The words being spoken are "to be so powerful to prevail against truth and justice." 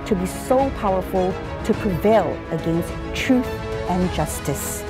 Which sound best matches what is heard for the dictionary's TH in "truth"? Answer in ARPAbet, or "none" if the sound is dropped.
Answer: TH